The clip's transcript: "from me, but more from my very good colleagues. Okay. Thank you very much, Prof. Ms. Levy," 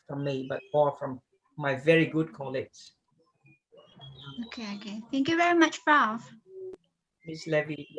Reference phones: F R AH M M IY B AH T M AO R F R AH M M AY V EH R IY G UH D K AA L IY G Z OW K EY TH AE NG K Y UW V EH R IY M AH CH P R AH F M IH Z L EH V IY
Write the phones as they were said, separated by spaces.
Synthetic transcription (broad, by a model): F R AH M M IY B AH T M AO R F R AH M M AY V EH R IY G UH D K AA L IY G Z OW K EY TH AE NG K Y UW V EH R IY M AH CH F R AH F M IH S L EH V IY